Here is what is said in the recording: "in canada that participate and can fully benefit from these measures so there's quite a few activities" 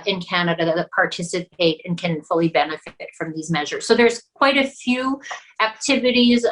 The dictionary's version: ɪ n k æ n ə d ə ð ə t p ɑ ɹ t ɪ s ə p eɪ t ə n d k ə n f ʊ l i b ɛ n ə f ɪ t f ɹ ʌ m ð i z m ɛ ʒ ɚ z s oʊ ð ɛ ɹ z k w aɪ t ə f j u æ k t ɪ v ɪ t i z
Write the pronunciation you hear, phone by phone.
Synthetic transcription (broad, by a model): ɪ n k æ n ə d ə ð ə t p ɑ ɹ t ɪ s ə p eɪ t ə n k ə n f ʊ l i b ɛ n ə f ɪ t f ɹ ʌ m ð i z m ɛ ʒ ɚ z s oʊ ð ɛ ɹ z k w aɪ t ə f j u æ k t ɪ v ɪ t i z